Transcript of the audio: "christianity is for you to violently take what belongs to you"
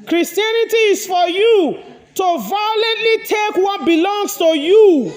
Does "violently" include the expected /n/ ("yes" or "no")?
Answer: yes